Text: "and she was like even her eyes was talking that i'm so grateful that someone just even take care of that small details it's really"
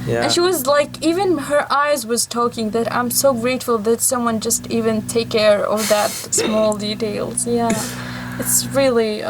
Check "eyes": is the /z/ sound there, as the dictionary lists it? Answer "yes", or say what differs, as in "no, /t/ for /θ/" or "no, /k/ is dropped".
yes